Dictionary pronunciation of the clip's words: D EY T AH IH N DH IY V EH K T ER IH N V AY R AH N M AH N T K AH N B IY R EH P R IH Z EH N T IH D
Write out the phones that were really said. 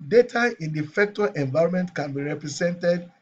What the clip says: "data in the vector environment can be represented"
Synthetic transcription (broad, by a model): D EY T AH IH N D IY F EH K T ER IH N V AY R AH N M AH N T K AH N B IY R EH P R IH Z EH N T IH D